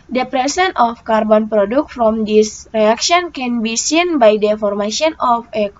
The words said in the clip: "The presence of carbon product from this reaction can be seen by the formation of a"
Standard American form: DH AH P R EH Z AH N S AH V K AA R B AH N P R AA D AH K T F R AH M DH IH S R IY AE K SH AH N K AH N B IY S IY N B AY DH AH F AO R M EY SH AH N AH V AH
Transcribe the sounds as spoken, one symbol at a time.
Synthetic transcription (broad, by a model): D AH P R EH S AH N AH F K AA R B AH N P R AA D AH K T F R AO M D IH S R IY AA K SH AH N K AH N B IY S IY N B AY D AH F AO R M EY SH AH N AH F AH